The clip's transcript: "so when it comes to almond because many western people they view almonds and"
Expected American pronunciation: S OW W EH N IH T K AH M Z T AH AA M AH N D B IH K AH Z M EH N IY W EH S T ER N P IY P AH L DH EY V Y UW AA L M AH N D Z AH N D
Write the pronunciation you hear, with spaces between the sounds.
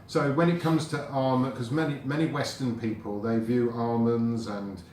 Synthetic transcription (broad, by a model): S OW W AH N IH T K AH M Z T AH AA M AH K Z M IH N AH M EH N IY W EH S T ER N P IY P AH L DH EY V Y UW AA M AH N Z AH N